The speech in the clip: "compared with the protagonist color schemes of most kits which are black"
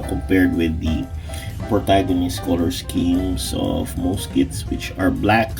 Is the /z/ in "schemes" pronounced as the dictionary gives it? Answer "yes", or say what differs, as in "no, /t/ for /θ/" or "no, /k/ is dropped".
no, /s/ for /z/